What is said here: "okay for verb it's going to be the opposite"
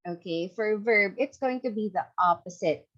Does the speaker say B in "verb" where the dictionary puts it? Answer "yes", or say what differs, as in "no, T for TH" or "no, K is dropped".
yes